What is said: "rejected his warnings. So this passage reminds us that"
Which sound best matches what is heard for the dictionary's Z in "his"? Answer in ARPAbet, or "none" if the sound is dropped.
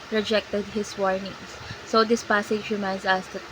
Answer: S